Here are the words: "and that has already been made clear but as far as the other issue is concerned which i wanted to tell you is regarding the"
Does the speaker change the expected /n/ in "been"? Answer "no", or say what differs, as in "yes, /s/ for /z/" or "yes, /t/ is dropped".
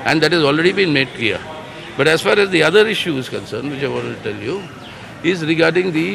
no